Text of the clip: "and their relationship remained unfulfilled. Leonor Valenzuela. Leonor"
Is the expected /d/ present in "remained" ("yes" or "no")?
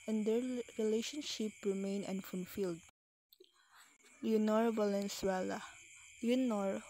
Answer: no